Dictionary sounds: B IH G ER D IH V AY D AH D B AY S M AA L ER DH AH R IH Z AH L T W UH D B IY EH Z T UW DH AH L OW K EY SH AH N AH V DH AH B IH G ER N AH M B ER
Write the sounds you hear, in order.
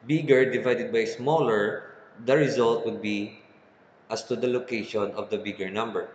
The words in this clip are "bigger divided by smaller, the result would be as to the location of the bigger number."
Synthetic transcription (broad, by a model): B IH G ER D IH V AY D AH D B AY S M AA L ER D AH R IH Z AH L T W UH D B IY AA S T UW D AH L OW K EY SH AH N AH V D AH B IH G ER N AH M B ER